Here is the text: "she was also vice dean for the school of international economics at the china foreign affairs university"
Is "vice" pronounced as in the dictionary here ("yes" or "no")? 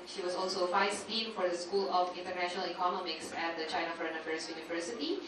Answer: no